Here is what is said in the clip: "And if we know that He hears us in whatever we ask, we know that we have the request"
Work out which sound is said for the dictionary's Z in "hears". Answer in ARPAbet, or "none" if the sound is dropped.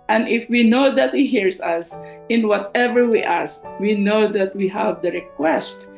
S